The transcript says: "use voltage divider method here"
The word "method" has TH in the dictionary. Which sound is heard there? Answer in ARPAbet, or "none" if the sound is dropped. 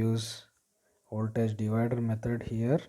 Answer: T